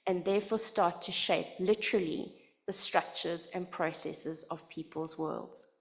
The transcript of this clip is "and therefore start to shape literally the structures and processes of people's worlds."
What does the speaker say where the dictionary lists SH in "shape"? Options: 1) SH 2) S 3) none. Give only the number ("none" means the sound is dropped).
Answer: 1